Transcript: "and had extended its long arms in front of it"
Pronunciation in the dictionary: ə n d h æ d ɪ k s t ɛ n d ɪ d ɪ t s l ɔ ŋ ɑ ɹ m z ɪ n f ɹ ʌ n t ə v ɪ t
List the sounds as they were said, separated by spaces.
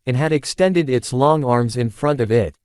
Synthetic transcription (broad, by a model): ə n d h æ d ɪ k s t ɛ n d ɪ d ɪ t s l ɔ ŋ ɑ ɹ m z ɪ n f ɹ ʌ n t ə v ɪ t